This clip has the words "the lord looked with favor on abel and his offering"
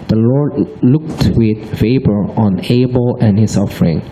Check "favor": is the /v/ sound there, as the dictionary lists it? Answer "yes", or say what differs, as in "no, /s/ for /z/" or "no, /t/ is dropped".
no, /b/ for /v/